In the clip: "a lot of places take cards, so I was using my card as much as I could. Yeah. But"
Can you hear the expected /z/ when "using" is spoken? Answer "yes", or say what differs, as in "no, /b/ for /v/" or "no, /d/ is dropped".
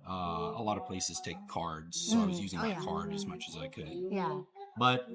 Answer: yes